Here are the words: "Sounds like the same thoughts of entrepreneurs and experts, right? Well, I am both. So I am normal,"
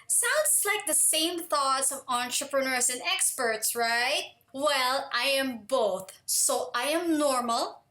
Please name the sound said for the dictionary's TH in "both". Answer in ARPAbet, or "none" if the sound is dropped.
TH